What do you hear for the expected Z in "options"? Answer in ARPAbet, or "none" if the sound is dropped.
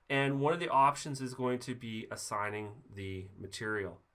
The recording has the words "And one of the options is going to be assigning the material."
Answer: Z